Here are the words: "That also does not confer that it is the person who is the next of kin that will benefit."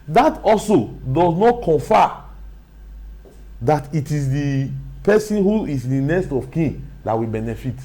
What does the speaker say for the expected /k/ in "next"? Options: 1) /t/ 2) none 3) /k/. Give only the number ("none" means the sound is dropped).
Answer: 2